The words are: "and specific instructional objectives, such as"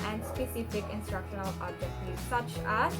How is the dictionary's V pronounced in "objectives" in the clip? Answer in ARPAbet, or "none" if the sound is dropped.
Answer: none